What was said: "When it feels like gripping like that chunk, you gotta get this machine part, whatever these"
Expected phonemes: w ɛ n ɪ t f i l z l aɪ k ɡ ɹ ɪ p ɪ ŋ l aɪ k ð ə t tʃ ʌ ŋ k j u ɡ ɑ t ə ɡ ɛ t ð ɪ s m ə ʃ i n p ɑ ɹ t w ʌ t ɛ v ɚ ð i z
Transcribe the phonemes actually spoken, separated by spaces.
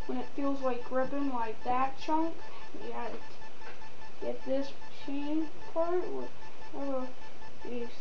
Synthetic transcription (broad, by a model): w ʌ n ɪ t f i l z l aɪ k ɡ ɹ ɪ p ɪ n l aɪ k ð ə t tʃ ʌ ŋ k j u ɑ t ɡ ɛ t ð ɪ s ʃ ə ɪ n p ɑ ɹ t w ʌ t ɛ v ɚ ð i